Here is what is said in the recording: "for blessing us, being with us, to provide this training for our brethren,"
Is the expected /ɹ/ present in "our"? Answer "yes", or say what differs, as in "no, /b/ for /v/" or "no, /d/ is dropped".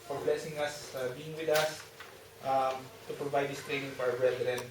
no, /w/ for /ɹ/